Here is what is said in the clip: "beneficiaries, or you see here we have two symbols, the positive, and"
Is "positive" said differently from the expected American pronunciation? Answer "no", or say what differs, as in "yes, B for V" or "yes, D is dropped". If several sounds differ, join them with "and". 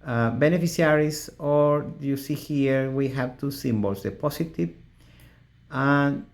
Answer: yes, S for Z